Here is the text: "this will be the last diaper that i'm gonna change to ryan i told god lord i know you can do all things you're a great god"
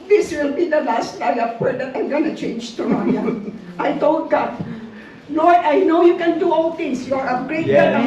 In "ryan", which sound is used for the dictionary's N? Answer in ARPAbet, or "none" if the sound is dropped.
none